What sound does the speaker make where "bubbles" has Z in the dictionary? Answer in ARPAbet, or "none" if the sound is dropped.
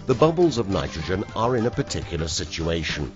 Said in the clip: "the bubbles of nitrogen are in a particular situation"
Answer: Z